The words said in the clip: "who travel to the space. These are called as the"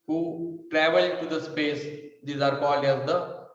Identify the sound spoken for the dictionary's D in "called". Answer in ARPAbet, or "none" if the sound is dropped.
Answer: none